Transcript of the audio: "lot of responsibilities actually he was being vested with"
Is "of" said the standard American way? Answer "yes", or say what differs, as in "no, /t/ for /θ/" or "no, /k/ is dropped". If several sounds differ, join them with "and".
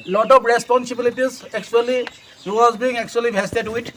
no, /p/ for /v/